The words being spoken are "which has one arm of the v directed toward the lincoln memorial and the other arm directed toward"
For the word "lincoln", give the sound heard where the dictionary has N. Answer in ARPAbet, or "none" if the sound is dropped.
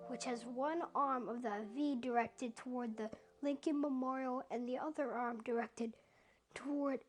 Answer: N